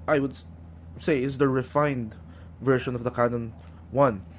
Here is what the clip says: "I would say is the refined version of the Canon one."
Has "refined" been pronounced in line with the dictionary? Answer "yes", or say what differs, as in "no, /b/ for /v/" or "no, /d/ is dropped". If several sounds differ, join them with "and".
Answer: yes